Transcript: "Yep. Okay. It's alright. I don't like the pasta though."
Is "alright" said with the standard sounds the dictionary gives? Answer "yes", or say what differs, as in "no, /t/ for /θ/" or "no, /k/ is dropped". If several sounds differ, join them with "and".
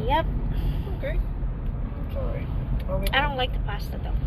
no, /l/ is dropped